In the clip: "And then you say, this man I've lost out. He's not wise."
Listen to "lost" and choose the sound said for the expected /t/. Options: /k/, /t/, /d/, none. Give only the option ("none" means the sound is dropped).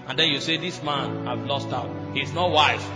/t/